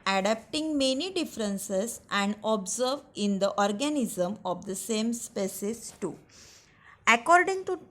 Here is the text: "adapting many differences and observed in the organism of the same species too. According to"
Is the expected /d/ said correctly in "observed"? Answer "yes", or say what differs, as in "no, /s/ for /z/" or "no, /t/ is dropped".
no, /d/ is dropped